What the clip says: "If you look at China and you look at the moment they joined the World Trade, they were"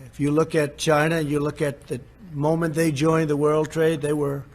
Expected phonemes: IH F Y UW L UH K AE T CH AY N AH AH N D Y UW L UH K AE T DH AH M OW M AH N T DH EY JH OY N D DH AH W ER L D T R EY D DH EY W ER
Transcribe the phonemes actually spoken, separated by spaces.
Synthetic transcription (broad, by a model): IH F Y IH L UH K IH T CH AY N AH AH N Y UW L UH K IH T DH AH M OW M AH N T DH EY JH OY N DH AH W ER L D T R EY D DH EY W ER